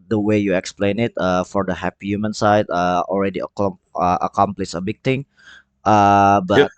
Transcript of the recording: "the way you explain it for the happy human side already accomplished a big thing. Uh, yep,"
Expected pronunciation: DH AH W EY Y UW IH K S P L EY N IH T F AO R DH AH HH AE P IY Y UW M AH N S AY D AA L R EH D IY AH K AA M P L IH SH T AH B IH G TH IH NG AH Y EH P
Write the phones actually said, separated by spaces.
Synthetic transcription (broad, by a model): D AH W EY Y UW IH K S P L EY N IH T F AO R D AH HH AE P IY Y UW M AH N S AY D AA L R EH D IY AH K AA M P L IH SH AH B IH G T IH NG AH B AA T